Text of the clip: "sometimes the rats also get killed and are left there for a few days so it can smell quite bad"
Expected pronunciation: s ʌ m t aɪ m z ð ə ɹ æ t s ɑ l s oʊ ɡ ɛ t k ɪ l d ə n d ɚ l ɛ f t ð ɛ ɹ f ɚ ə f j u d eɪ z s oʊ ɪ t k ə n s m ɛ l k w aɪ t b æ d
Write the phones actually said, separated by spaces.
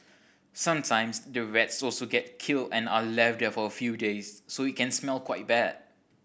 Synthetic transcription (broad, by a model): s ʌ m t aɪ m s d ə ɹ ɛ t s ɑ l s oʊ ɡ ɛ t k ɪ l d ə n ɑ l ɛ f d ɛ f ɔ ə f j u d eɪ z s oʊ ɪ t k ə n s m ɛ l k w aɪ t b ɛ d